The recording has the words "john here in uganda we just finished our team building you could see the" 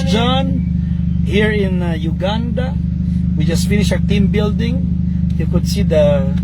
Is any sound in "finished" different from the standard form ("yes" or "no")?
yes